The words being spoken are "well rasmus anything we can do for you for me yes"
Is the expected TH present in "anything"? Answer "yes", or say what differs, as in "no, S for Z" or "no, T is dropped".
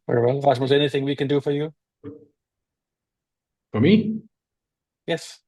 yes